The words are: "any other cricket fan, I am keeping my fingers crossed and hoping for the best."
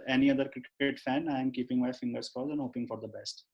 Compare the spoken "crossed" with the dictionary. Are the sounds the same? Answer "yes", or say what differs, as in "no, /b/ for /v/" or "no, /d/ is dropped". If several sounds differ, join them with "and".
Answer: no, /ɹ/ is dropped